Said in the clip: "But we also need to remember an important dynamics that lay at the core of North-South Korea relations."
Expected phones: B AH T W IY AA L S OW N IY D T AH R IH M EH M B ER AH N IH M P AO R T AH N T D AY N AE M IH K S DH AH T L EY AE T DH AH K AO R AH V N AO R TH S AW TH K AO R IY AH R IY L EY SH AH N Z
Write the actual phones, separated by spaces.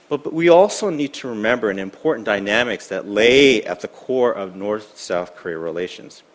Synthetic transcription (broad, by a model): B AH T W IY AA L S OW N IY D T AH R IH M EH M B ER AH N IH M P AO R T N D AY N AE M IH K S DH AH T L EY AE T DH AH K AO R AH V N AO R TH S AW TH K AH R IY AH R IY L EY SH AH N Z